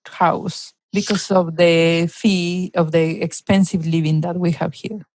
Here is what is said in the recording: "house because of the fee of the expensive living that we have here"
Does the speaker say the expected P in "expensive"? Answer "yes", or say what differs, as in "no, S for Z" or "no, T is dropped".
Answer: yes